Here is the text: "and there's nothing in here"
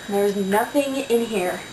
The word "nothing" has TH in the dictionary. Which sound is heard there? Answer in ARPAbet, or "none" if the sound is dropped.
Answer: TH